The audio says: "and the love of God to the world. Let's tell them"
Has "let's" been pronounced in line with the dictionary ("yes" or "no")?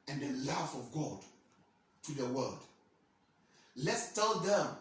yes